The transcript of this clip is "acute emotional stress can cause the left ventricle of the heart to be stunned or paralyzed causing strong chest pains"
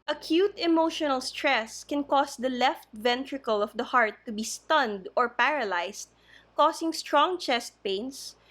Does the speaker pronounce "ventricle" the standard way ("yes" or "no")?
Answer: yes